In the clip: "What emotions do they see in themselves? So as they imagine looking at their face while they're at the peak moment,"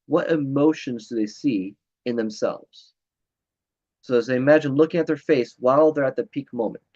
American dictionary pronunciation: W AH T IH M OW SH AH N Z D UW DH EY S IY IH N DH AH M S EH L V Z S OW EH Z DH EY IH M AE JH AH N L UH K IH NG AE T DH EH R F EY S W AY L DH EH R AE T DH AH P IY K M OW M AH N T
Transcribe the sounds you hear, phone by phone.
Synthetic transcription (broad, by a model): W AH T IH M OW SH AH N Z D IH DH EY S IY IH N DH AH M S EH L V Z S OW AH Z DH EY IH M AE JH AH N L UH K IH NG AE T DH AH R F EY S W AY L DH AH R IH T DH AH P IY K M OW M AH N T